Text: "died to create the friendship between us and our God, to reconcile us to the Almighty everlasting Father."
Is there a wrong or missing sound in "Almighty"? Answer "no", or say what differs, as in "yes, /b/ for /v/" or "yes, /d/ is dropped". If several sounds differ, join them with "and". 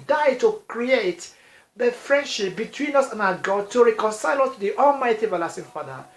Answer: no